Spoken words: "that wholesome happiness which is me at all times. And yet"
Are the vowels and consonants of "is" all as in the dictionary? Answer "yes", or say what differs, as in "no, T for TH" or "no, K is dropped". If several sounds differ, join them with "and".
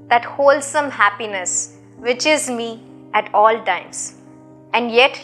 yes